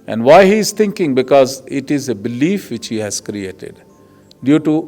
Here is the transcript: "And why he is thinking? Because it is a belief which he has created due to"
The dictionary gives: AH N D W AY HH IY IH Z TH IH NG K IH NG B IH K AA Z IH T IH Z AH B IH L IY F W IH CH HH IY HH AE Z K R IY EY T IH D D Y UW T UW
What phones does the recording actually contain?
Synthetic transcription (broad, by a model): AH N D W AY HH IY IH Z T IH NG K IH NG B IH K AA Z IH T IH Z AH B IH L IY F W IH CH HH IY HH AE Z K R IY EY T IH D D Y UW T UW